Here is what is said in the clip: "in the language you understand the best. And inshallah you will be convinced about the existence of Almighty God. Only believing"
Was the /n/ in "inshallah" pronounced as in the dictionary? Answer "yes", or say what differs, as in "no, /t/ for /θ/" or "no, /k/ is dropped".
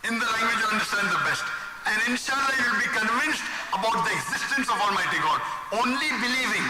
yes